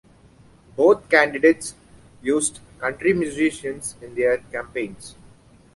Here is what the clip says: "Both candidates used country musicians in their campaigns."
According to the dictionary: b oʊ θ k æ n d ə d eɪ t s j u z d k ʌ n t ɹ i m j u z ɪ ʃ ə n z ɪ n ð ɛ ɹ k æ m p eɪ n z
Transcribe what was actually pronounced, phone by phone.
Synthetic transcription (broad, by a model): b oʊ t k æ n d ə d eɪ t s j u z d k ʌ n t ɹ i m j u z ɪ ʃ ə n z ɪ n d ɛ ɹ k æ m p eɪ n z